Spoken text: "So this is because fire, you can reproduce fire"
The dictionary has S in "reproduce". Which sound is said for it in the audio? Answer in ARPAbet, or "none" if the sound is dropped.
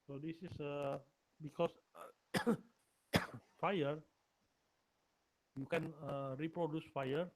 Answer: S